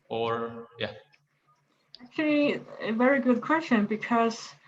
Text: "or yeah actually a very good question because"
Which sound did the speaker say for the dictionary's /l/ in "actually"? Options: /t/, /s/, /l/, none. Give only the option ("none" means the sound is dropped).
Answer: /l/